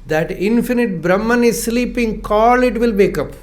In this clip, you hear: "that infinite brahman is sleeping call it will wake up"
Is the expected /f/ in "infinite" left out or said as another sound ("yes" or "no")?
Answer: no